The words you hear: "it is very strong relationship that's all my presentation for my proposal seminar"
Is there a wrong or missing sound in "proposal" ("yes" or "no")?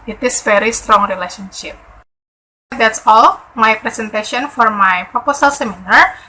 yes